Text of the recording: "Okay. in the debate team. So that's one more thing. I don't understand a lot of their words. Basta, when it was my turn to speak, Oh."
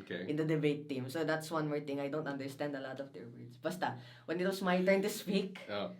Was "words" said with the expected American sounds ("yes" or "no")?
no